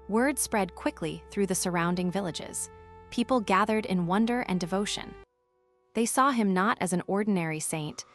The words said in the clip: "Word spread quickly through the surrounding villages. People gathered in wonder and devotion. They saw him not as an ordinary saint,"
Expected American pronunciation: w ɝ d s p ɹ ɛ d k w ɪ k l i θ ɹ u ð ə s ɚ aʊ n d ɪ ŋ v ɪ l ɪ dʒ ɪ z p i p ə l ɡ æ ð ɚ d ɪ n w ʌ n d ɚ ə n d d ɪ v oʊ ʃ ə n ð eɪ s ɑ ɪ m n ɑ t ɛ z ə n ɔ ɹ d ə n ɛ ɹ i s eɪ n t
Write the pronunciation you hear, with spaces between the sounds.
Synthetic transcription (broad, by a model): w ɝ d s p ɹ ɛ d k w ɪ k l i θ ɹ u ð ə s ɚ aʊ n d ɪ ŋ v ɪ l ɪ dʒ ɪ z p i p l ɡ æ ð ɚ d ɪ n w ʌ n d ɚ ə n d d ɪ v oʊ ʃ ə n ð eɪ s ɑ ɪ m n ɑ t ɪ z n ɔ ɹ d n ɛ ɹ i s eɪ n t